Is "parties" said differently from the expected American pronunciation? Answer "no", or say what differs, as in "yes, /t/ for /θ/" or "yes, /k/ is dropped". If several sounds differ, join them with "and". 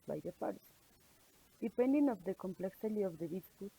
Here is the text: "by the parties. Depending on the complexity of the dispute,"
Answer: yes, /s/ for /z/